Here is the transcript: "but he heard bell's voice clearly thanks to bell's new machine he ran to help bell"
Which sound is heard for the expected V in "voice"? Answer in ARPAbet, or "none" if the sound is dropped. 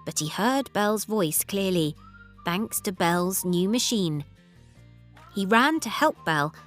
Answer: V